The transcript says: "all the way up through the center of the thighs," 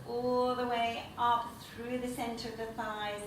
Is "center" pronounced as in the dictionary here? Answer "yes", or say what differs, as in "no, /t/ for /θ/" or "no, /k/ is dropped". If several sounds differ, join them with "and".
yes